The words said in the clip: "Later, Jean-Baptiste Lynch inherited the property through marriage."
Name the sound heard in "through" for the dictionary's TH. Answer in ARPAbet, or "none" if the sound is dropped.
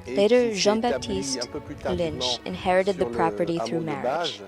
TH